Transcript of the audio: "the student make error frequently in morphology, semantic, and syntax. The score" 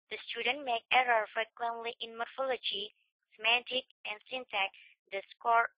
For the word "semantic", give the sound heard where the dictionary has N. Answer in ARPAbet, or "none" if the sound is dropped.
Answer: N